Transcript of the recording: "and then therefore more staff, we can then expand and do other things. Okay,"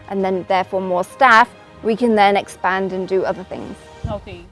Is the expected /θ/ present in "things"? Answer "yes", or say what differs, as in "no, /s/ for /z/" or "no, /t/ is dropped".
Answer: yes